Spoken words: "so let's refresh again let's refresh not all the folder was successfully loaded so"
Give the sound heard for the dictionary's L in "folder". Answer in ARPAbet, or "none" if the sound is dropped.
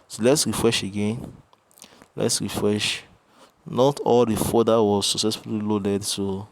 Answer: none